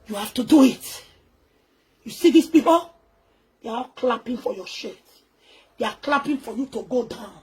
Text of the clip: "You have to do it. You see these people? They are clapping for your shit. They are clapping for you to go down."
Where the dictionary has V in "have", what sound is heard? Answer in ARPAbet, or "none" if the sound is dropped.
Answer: F